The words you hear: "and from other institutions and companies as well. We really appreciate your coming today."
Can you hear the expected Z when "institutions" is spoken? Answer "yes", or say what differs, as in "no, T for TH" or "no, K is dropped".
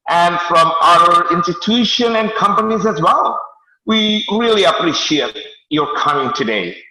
no, Z is dropped